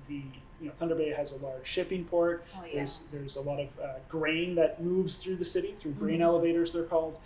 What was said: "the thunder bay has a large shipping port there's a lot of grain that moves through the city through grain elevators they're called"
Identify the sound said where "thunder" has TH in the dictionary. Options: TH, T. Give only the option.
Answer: TH